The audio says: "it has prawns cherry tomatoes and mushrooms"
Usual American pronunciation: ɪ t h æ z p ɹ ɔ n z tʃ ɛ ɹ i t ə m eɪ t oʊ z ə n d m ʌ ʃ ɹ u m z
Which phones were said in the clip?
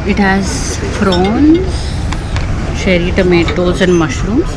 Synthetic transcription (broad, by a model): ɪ t h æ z f ɹ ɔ n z ʃ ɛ ɹ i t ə m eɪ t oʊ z ə n d m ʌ ʃ ɹ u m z